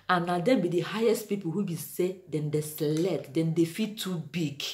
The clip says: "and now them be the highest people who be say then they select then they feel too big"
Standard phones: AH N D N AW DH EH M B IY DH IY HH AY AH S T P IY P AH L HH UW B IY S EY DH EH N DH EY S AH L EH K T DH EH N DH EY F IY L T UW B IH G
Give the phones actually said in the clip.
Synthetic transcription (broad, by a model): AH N N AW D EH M B IY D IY HH AY AH S T P IY P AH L HH UW B IY S EY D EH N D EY S L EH T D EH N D EY F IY T UW B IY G